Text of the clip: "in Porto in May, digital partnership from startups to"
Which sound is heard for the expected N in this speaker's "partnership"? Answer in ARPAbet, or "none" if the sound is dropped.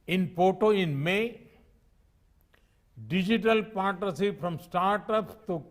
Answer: none